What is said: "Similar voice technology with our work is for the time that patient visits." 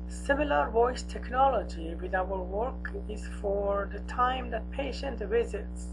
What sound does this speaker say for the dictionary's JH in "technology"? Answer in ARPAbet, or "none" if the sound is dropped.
JH